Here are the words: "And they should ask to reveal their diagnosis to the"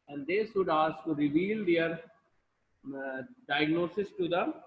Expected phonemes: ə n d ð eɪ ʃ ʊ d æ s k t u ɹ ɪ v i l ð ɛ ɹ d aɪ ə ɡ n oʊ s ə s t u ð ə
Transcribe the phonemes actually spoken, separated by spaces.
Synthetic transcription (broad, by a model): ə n d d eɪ s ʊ d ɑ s t u ɹ ɪ v i l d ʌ ɹ d aɪ ə ɡ n oʊ s ə s t u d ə